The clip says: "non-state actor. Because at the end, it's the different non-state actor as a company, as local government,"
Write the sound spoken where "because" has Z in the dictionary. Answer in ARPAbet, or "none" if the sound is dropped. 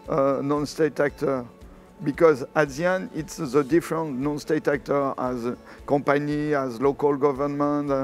Z